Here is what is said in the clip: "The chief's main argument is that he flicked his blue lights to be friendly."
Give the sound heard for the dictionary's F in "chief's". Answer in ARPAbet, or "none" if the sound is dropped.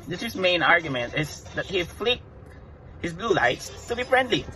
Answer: none